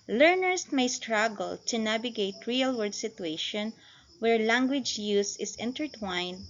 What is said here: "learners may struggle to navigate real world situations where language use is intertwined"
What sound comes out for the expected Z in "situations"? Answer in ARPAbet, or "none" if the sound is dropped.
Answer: none